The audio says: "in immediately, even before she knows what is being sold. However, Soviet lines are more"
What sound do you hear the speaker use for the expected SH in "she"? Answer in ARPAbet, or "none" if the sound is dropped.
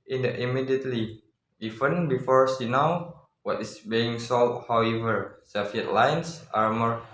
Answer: S